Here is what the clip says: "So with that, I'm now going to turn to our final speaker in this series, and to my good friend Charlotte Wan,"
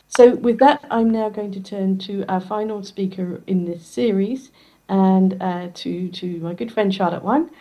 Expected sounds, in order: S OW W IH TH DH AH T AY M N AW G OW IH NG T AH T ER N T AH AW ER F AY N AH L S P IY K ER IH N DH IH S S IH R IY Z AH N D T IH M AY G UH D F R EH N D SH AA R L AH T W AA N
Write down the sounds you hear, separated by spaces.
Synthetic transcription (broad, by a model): S OW W IH DH AH T AY M N AW G OW IH NG T AH T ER N T AH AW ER F AY N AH L S P IY K ER IH N DH IH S S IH R IY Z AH N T T IH M AY G UH D F R EH N D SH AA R AH T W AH N